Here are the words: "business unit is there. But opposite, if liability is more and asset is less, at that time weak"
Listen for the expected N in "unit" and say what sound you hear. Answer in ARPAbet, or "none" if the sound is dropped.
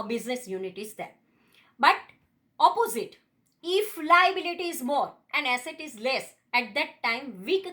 N